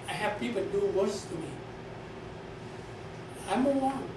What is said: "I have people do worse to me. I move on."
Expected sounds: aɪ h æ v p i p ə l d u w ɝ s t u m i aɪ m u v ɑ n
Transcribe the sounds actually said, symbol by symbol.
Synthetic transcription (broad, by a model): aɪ h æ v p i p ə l d u w ɝ s t u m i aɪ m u w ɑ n